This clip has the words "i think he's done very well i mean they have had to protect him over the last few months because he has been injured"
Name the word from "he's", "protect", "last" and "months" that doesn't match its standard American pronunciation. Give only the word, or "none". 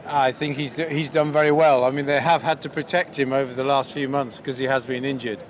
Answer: none